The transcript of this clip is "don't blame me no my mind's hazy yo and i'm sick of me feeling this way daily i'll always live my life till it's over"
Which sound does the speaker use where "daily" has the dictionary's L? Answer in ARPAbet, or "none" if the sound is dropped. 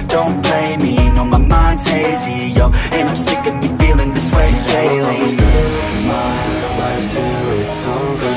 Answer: none